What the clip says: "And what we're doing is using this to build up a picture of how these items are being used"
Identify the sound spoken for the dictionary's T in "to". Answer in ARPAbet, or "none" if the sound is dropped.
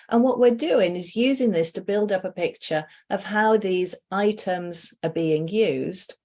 T